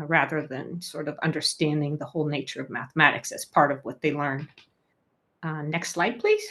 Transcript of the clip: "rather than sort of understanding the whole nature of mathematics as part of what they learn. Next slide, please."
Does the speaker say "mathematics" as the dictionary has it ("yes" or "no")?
yes